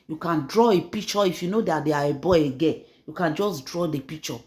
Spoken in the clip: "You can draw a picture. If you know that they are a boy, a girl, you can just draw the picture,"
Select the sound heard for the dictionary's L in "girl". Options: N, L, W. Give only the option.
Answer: N